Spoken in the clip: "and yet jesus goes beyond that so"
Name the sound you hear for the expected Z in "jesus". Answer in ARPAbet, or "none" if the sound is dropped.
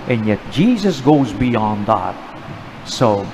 Z